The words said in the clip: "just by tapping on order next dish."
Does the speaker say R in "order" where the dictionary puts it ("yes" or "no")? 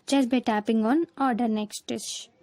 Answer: yes